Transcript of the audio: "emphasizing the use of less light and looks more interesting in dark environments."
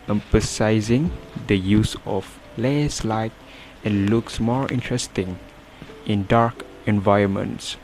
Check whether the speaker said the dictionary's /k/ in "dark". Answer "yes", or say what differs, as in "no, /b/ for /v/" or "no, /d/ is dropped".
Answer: yes